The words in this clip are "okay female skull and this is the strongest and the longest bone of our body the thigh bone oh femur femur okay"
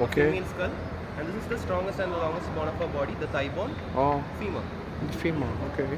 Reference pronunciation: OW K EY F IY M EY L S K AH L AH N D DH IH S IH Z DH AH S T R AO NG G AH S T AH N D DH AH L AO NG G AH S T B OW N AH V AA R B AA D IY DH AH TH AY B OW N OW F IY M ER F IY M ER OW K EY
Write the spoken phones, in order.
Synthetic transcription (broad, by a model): OW K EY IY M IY N S K AH L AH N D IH S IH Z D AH S T R AO NG G AH S T AH N D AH L AO NG G AH S T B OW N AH F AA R B AA D IY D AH T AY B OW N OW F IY M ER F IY M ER OW K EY